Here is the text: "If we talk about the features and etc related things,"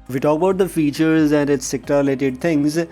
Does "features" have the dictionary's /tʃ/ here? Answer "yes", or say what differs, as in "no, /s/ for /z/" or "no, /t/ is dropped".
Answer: yes